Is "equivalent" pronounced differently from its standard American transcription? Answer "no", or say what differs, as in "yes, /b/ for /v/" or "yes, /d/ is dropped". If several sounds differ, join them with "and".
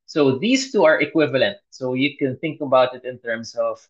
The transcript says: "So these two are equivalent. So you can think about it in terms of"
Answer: no